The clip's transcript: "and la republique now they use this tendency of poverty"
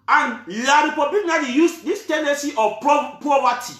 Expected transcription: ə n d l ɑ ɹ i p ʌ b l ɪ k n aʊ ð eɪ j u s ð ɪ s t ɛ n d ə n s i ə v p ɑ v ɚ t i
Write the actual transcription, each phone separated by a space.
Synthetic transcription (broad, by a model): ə n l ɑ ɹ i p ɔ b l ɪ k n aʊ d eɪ j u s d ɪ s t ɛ n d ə n s i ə p p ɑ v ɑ t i